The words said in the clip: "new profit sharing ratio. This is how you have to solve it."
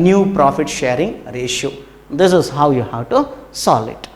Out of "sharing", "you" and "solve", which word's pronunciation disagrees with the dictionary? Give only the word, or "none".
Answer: solve